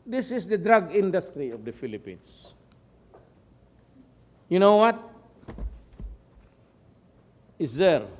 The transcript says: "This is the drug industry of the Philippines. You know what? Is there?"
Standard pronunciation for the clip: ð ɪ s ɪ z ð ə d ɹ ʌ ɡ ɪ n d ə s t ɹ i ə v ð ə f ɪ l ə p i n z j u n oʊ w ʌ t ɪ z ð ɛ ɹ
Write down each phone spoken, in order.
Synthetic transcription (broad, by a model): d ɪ s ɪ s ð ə d ɹ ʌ ɡ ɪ n d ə s t ɹ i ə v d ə f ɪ l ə p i n s j u n oʊ w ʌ t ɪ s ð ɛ ɹ